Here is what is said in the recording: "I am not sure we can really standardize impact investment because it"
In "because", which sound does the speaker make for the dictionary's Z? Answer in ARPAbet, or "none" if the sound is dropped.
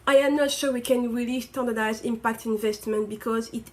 Z